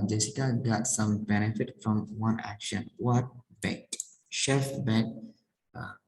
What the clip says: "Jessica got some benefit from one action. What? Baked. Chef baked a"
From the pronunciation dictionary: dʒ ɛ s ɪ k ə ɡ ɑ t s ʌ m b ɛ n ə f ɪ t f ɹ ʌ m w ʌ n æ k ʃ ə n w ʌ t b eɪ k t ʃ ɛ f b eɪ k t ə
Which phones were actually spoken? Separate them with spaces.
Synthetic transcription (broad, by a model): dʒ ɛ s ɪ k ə ɡ ɑ t s ʌ m b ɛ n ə f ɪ t f ɹ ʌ m w ʌ n æ k ʃ ə n w ʌ t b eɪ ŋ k ʃ ɛ f b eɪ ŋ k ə